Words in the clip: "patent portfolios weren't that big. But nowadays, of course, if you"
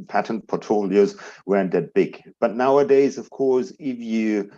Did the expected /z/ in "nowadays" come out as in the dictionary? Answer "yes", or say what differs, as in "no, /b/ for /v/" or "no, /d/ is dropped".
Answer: yes